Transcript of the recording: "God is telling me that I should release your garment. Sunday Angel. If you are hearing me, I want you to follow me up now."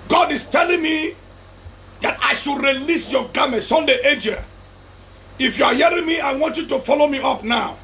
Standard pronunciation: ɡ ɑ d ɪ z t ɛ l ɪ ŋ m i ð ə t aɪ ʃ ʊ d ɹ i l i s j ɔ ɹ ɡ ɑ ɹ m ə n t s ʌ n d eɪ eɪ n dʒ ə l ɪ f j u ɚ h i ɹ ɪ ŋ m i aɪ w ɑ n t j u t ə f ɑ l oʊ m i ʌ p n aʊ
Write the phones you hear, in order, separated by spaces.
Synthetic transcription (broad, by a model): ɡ ɑ d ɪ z t ɛ l ɪ ŋ m i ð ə t aɪ ʃ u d ɹ i l i s j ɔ ɡ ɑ m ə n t s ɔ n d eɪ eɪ dʒ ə ɪ f j u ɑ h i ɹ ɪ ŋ m i aɪ w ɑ n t j u t ə f ɑ l oʊ m i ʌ p n aʊ